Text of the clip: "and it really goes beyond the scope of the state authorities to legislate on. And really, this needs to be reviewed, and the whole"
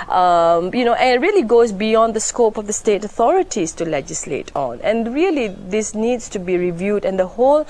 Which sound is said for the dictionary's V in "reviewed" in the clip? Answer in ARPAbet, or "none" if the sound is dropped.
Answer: V